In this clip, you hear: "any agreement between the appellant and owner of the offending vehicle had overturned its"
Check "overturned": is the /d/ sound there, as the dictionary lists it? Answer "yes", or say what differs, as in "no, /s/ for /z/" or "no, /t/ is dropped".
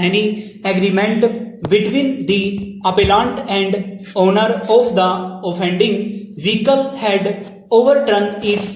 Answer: no, /d/ is dropped